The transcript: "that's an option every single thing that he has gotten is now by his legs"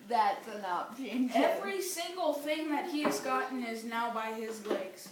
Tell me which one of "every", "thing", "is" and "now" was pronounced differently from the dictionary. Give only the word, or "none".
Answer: none